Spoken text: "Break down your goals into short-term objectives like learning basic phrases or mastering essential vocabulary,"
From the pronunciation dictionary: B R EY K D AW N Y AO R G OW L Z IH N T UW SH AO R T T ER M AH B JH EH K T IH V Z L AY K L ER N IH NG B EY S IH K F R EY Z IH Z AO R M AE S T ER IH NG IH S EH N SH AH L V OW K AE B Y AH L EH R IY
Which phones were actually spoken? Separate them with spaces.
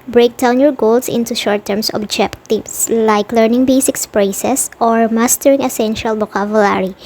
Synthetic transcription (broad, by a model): B R EY K D AW N Y AO R G OW L S IH N T UW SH AO R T T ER M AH B JH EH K T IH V S L AY K L ER N IH NG B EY S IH K P R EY S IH S AO R M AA S T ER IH NG IH S EH N SH AH L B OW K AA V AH L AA R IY